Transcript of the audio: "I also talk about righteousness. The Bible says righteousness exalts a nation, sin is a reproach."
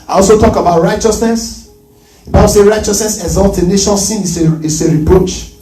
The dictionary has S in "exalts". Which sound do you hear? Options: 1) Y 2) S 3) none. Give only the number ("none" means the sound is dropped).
3